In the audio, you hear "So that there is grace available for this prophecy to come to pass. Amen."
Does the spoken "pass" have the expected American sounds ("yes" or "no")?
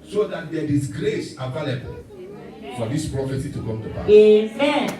no